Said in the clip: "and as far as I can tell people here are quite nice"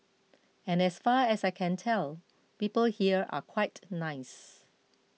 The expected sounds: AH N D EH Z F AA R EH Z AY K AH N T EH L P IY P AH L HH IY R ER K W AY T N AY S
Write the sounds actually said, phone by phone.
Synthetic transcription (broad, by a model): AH N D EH S F AA R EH S AY K AH N T EH L P IY P AH L HH IY R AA K W AY T N AY S